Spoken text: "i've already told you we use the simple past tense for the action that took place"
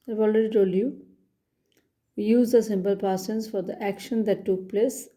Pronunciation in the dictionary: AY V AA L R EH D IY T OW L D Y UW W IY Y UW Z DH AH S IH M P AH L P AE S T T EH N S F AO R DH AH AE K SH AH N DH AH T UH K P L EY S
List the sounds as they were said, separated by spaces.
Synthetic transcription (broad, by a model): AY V AA L R EH D IY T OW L Y UW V IY Y UW Z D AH S IH M P AH L P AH T S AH N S F AO R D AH AE K SH AH N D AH T UH K P L EY S